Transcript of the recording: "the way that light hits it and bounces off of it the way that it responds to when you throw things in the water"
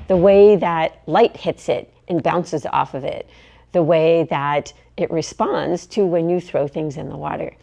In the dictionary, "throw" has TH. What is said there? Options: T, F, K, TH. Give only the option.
TH